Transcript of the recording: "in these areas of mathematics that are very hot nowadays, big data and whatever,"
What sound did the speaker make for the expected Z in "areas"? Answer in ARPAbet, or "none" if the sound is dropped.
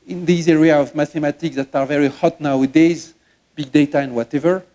none